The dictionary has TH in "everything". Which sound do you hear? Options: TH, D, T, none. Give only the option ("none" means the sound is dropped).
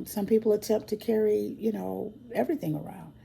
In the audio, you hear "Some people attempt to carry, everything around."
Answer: TH